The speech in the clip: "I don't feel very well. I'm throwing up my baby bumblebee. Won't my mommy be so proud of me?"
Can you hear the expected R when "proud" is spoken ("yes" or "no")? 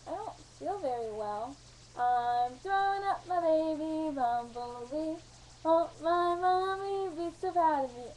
no